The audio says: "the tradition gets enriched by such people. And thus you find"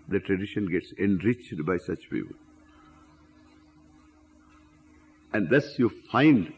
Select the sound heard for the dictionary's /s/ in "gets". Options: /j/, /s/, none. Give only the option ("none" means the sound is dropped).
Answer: /s/